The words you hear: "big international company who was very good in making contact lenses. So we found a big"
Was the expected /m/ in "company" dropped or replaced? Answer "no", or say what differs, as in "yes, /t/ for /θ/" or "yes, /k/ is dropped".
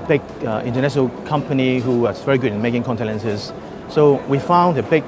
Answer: no